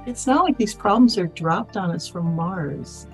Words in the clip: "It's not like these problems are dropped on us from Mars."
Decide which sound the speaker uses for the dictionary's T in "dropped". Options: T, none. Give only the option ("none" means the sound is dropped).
T